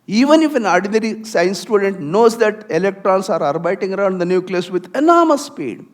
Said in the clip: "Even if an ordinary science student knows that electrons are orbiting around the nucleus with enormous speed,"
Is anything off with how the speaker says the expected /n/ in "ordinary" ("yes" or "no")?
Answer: no